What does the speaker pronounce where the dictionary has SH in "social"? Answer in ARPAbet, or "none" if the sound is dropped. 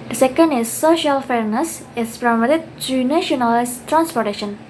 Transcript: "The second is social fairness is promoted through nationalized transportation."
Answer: SH